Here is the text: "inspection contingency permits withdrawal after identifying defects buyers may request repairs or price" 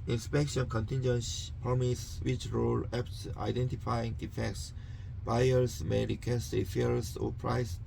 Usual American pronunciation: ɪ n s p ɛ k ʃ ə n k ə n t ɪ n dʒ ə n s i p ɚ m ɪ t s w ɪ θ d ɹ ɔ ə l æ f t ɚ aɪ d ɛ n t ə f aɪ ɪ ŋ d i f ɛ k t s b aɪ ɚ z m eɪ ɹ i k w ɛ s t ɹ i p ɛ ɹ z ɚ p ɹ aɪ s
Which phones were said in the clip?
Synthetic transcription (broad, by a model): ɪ n s p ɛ k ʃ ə n k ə n t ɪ n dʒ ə n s p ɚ m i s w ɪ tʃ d ɹ ɔ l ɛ p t aɪ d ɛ n t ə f aɪ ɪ ŋ d i f ɛ k t s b aɪ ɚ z m eɪ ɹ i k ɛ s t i f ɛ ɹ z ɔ p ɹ aɪ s